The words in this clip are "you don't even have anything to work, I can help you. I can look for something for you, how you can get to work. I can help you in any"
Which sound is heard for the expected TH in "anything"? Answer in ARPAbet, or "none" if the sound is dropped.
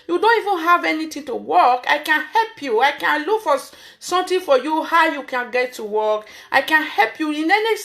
T